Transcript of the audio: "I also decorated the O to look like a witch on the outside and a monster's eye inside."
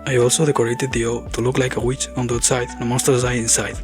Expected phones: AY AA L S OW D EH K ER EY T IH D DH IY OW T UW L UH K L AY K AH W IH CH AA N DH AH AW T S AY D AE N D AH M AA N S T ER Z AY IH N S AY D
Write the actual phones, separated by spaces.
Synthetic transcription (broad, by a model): AY AA L S OW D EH K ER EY T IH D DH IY OW T UW L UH K L AY K AH W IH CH AA N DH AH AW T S AY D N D AH M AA S T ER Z AY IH N S AY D